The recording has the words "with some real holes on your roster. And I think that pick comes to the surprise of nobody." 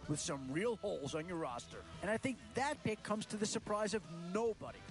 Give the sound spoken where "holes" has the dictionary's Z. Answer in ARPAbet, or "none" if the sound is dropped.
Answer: Z